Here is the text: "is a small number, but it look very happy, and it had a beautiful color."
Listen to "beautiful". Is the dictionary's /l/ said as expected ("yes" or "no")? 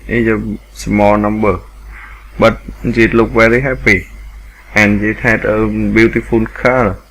no